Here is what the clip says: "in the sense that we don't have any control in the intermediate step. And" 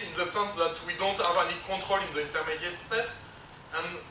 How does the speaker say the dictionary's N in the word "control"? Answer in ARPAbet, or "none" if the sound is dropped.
none